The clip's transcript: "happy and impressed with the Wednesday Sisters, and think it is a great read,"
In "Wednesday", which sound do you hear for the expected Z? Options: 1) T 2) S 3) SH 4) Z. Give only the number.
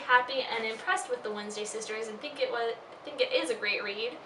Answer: 4